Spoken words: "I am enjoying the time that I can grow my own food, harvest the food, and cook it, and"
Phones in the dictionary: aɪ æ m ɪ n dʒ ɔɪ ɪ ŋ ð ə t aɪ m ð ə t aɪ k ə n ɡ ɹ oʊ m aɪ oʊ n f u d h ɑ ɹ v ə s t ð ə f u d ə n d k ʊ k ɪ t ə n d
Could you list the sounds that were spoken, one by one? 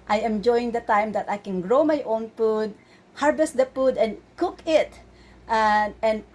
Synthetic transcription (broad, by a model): aɪ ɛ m dʒ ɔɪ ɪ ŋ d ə t aɪ m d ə t aɪ k ə n ɡ ɹ oʊ m aɪ oʊ n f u d h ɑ ɹ b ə s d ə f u d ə n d k ʊ k ɪ t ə n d